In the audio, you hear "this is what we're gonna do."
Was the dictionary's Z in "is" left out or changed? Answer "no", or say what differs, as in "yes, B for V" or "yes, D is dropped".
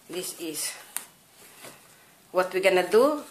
yes, S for Z